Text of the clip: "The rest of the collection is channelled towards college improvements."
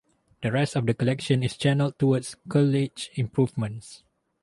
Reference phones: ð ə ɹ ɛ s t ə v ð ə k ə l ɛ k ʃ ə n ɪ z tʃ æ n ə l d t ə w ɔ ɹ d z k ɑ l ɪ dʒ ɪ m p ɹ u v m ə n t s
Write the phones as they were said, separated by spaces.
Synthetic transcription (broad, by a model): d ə ɹ ɛ s t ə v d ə k ə l ɛ k ʃ ə n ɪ s tʃ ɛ n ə l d t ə w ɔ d s k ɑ l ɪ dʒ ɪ m p ɹ u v m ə n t s